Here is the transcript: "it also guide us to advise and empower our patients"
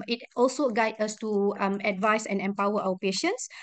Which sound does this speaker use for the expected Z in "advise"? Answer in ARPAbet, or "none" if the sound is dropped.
S